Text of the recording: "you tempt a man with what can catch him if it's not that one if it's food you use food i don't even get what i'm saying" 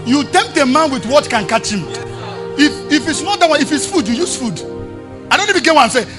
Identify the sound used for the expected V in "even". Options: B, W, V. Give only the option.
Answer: B